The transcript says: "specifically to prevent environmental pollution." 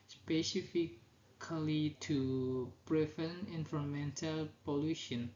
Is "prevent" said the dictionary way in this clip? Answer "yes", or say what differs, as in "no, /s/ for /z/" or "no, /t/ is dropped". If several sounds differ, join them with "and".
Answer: no, /t/ is dropped